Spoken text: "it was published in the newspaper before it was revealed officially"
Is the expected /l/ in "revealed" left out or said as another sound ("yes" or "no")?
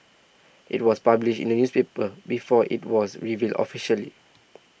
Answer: no